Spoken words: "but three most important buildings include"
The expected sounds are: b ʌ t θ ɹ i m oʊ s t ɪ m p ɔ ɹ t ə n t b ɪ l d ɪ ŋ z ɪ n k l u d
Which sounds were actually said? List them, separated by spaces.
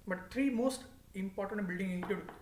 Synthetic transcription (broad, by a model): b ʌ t t ɹ i m oʊ s t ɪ m p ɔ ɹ t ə n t b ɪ l d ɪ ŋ ɪ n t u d